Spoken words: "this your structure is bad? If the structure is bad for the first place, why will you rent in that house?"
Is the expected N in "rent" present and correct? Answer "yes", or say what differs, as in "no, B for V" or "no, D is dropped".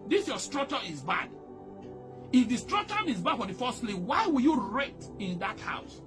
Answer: no, N is dropped